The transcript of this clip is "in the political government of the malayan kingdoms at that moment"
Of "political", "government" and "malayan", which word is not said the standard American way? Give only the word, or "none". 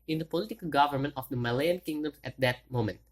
none